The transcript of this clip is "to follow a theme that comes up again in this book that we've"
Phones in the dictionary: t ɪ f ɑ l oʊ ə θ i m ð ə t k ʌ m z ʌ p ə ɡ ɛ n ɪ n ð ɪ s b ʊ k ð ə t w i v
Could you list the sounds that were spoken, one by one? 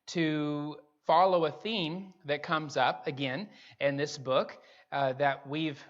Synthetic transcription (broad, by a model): t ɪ f ɑ l oʊ ə θ i m ð ə t k ʌ m z ʌ p ə ɡ ɛ n ɪ n ð ɪ s b ʊ k ð ə t w i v